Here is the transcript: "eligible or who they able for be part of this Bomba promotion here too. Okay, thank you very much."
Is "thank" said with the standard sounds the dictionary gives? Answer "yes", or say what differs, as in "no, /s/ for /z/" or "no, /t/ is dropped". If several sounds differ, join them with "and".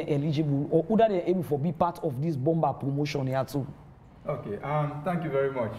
no, /t/ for /θ/